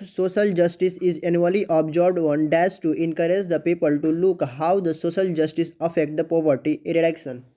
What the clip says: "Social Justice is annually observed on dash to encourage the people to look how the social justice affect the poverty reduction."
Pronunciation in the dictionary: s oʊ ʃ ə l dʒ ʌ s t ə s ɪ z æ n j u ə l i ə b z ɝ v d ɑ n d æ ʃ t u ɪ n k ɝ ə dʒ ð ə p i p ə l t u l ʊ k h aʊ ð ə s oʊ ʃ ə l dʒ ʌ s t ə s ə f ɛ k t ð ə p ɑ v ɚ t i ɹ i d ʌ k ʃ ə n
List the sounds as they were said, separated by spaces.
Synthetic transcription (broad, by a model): s oʊ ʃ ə l dʒ ʌ s t ə s ɪ z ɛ n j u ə l i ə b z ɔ b d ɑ n d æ s t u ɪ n k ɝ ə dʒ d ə p i p ə l t u l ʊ k h aʊ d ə s oʊ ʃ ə l dʒ ʌ s t ə s ə f ɛ k t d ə p ɑ v ɚ t i ɹ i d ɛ k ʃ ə n